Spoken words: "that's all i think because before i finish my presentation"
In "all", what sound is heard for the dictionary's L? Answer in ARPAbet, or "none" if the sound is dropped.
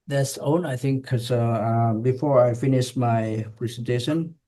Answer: N